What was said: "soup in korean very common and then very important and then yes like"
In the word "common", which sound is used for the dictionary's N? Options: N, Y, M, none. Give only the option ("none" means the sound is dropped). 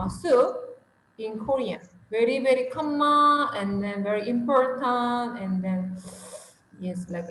none